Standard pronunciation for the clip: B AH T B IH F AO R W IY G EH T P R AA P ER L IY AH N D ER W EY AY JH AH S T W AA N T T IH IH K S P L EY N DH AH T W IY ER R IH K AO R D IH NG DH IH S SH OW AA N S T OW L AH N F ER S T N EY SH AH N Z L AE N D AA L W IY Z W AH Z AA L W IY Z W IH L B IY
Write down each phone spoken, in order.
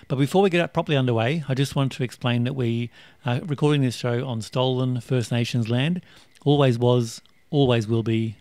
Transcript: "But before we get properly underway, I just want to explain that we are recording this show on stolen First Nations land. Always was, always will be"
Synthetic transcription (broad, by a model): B AH T B IH F AO R W IY G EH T P R AA P ER L IY AH N D ER W EY AY JH AH S T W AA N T T IH IH K S P L EY N DH AH T W IY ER R IH K AO R D IH NG DH IH S SH OW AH N S T OW L AH N F ER S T N EY SH AH N Z L AE N D AA L W IY Z W AH Z AA L W IY Z W IH L B IY